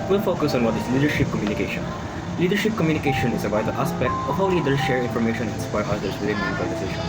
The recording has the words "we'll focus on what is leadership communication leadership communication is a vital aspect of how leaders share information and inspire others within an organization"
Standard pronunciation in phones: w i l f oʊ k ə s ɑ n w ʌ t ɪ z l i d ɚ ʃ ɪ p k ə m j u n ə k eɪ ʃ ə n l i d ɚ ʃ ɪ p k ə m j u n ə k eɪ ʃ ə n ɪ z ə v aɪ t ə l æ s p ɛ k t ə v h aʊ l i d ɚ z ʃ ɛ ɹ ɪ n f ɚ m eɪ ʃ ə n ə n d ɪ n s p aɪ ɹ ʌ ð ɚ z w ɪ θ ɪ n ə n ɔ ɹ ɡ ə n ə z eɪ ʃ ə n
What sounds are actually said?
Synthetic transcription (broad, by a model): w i l f oʊ k ə s ɑ n w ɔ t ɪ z l i d ɚ ʃ ɪ p k ə m j u n ə k eɪ ʃ ə n l i d ɚ ʃ ɪ p k ə m j u n ə k eɪ ʃ ə n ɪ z ə b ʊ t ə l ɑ s p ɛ k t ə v h aʊ l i d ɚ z ʃ ɛ ɹ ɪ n f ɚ m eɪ ʃ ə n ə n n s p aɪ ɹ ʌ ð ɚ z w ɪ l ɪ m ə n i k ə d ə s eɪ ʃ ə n